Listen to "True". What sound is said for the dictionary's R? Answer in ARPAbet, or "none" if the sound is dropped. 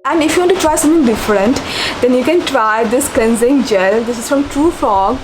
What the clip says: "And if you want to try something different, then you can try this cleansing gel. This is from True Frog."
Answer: R